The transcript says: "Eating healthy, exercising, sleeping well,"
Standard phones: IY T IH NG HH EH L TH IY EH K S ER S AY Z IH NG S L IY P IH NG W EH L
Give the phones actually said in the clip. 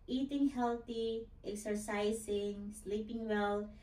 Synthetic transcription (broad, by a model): IY T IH NG HH EH L T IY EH K S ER S AY S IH NG S L IY P IH NG W EH L